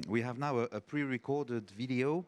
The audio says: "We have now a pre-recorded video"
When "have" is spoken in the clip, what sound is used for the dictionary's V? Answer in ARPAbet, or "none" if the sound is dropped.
V